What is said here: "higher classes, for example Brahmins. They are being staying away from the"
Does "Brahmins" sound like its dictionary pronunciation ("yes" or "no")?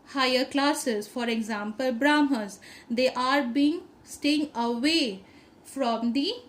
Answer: no